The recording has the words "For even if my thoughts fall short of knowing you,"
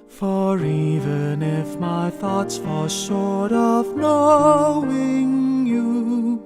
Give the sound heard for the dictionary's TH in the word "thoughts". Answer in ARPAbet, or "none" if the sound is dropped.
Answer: TH